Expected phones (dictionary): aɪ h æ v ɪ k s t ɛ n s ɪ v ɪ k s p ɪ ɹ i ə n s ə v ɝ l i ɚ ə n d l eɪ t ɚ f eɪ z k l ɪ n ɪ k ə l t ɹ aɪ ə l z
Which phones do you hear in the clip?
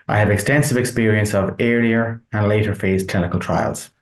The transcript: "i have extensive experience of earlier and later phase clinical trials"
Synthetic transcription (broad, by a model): aɪ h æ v ɪ k s t ɛ n s ɪ v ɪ k s p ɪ ɹ i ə n s ə v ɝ i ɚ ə n l eɪ t ɚ f eɪ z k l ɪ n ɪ k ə l t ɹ aɪ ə l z